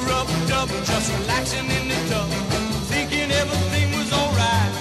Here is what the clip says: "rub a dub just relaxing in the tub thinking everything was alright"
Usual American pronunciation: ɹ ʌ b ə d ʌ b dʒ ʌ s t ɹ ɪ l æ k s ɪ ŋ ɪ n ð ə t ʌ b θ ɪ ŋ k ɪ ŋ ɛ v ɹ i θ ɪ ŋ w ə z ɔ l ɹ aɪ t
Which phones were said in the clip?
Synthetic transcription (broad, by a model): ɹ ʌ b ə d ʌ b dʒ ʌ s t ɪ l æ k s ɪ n ɪ n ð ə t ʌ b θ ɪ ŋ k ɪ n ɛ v i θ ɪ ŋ w ə z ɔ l ɹ aɪ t